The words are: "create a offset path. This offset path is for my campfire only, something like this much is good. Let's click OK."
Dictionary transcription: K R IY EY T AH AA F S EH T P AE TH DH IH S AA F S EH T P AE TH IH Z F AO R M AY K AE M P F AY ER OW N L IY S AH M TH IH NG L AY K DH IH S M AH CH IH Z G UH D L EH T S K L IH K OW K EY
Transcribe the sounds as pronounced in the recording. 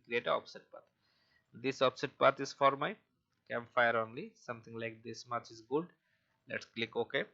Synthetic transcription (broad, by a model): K R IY EY T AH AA P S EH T P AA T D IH S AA P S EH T P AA T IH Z F AO R M AY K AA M F AY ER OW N L IY S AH M T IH NG L AY K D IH S M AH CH IH Z G UH D L EH T S K L IH K OW K EY